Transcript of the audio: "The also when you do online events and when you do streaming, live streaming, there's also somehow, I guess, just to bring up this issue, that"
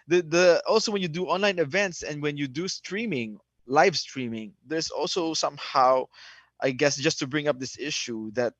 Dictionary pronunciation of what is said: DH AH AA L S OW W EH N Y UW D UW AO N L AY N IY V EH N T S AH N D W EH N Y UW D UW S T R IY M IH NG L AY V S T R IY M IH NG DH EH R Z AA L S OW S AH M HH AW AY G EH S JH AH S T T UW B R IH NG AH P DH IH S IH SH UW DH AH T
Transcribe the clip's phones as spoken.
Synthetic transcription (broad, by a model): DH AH AA L S OW W EH N Y UW D UW AO N L AY N IY V EH N T S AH N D W EH N Y UW D UW S T R IY M IH NG L AY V S T R IY M IH NG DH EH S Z AA L S OW S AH M HH AW AY G EH S JH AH S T T UW B R IH NG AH P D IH S IH SH UW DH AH T